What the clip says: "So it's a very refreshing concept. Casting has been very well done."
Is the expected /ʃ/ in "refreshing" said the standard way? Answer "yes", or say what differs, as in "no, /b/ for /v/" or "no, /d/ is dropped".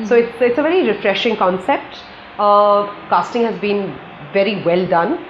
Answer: yes